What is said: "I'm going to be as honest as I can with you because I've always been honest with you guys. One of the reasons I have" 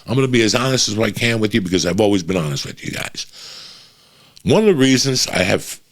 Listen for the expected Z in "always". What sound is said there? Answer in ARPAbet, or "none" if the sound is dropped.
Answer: Z